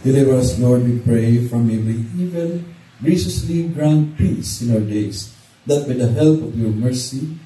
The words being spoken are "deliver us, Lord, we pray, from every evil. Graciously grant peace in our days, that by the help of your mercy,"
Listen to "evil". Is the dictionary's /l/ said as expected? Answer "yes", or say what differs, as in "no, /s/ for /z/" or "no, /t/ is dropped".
no, /n/ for /l/